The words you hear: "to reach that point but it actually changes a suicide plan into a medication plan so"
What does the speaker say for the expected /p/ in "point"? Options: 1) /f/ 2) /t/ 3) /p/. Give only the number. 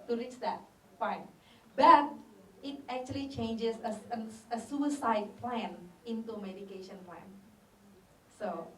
1